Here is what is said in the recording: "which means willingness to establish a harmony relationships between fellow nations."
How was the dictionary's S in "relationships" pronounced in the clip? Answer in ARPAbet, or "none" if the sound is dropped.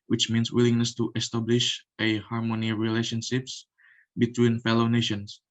S